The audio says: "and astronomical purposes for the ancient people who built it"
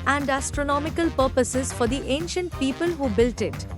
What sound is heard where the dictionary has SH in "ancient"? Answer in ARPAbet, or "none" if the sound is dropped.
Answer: SH